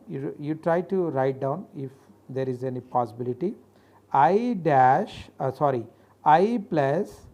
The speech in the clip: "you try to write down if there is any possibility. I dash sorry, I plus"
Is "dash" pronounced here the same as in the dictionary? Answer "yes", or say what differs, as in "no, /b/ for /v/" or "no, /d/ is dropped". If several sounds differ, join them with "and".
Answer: yes